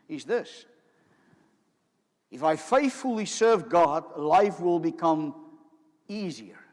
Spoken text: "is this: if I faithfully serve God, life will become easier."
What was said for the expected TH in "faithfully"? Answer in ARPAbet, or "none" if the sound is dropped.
TH